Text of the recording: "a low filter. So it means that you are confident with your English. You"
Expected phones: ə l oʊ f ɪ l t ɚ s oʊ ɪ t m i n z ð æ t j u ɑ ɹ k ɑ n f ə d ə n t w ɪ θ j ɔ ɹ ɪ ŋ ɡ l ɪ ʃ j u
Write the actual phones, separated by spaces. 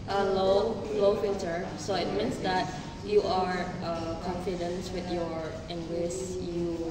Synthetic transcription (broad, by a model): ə l oʊ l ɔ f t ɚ s oʊ ɪ t m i n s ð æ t j u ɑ ɹ k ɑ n f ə d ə n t w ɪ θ j ɔ ɹ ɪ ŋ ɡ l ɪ s j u